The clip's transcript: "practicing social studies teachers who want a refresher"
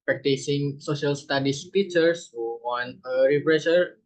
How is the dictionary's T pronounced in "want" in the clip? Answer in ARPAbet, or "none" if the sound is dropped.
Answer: none